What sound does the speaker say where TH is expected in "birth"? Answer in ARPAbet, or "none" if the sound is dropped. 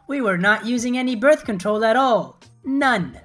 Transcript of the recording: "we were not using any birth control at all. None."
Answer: TH